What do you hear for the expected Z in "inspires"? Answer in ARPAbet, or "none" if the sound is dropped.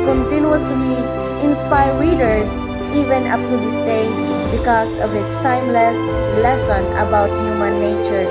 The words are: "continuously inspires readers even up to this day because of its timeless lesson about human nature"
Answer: none